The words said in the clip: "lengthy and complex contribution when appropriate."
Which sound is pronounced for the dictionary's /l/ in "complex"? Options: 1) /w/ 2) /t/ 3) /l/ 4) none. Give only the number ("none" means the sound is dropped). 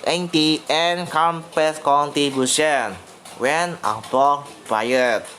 4